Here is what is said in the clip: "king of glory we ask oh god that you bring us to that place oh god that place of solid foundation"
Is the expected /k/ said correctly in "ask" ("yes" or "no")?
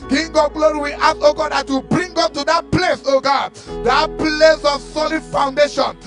no